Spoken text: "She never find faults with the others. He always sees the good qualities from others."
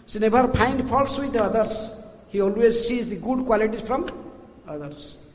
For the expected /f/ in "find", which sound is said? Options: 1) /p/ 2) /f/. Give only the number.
1